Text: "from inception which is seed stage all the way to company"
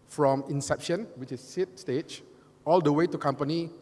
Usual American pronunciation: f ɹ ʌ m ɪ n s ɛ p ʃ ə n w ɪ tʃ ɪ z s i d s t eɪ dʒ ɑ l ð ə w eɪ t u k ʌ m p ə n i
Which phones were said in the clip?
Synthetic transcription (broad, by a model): f ɹ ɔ m ɪ n s ɛ p ʃ ə n w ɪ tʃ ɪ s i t s t eɪ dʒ ɑ l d ə w eɪ t u k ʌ m p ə n i